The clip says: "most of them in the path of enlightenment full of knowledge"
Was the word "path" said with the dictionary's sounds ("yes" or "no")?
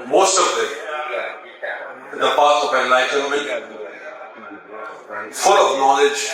no